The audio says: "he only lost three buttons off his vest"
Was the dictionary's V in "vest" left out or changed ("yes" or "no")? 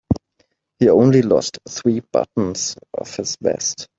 yes